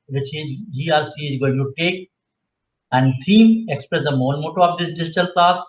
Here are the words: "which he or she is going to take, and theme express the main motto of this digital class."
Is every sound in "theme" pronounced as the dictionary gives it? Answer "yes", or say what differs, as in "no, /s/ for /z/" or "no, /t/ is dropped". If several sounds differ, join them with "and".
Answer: no, /t/ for /θ/